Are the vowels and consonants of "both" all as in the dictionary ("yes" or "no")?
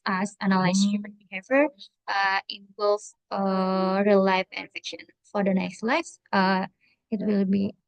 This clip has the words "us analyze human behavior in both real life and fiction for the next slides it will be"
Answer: no